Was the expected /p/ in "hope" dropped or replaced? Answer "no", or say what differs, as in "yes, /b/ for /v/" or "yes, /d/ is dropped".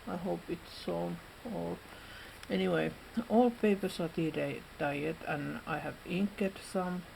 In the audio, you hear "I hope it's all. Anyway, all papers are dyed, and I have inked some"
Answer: no